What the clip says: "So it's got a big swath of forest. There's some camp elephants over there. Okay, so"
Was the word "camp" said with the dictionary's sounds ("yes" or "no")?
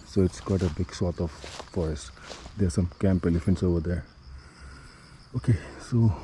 yes